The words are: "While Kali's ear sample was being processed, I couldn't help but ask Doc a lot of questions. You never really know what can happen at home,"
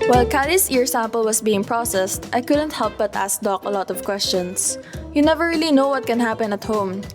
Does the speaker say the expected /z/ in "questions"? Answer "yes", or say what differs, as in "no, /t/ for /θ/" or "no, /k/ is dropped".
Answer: no, /s/ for /z/